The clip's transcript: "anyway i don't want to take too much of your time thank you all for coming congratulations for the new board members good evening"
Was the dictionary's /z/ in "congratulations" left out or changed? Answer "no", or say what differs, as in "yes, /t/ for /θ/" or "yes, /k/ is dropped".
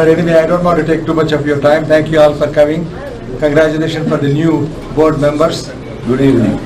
yes, /z/ is dropped